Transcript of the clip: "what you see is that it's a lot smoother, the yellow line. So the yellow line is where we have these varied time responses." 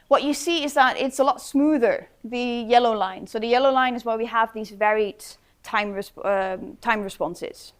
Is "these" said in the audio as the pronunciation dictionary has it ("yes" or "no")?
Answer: yes